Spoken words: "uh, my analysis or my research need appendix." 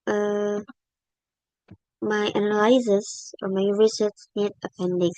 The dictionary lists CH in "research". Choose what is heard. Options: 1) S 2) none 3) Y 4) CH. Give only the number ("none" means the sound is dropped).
1